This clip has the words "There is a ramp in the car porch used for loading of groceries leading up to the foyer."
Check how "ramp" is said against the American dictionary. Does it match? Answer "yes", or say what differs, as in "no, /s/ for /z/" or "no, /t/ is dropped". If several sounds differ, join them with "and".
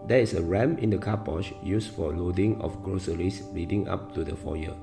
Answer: no, /p/ is dropped